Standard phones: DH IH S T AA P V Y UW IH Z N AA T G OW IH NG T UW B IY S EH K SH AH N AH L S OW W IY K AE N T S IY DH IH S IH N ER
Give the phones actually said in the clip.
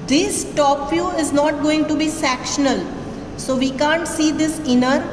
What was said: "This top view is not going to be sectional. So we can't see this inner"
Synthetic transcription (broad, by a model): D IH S T AA P F Y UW IH Z N AA T G OW IH NG T UW B IY S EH K SH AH N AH L S OW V IY K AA N T S IY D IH S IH N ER